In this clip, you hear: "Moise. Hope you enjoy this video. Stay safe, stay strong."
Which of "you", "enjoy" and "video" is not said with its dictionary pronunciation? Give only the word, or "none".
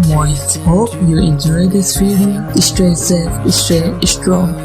video